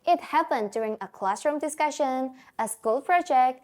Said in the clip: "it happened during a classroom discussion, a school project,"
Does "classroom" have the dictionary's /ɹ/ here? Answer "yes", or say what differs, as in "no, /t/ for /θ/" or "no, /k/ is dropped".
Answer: yes